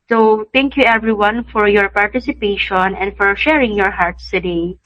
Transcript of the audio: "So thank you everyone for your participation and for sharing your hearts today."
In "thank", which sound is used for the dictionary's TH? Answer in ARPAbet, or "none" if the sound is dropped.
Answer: T